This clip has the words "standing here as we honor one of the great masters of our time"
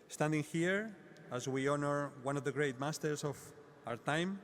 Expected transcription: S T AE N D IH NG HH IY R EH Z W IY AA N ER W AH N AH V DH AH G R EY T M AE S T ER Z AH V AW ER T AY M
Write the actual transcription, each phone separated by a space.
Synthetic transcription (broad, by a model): S T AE N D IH NG HH IY R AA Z W IY AA N ER W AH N AH V DH AH G R EY T M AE S T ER S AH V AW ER T AY M